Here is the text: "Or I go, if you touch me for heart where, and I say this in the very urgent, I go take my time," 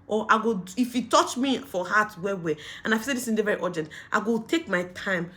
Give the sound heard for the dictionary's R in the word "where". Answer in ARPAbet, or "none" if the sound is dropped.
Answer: W